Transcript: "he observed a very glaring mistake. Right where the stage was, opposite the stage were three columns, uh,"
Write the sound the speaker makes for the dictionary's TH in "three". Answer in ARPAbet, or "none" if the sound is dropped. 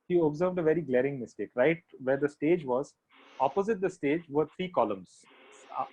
T